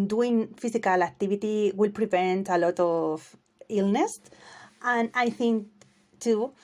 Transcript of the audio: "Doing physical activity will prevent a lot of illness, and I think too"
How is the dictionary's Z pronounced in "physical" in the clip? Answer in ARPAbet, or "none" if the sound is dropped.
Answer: S